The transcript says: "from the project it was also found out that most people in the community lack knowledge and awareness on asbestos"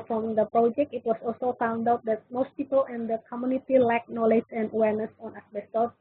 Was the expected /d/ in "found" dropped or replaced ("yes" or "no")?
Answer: no